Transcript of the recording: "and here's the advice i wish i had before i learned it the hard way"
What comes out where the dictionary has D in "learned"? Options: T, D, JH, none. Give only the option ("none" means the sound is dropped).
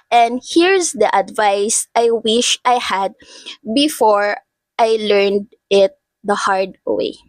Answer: D